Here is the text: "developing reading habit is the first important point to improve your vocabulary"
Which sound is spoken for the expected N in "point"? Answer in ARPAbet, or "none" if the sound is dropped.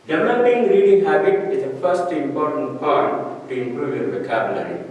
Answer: none